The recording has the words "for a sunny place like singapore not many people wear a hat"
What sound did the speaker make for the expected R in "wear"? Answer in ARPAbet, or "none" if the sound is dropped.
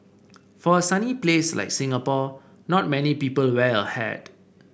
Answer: L